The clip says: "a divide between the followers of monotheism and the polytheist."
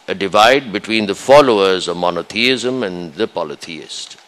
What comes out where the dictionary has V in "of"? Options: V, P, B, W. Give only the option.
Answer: V